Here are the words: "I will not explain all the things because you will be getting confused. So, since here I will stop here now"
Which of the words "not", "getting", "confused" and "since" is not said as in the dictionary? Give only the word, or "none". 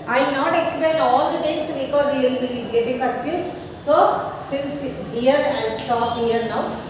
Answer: confused